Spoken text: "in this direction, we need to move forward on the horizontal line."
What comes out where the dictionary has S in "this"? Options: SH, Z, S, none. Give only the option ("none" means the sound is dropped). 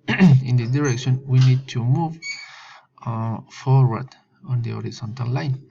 none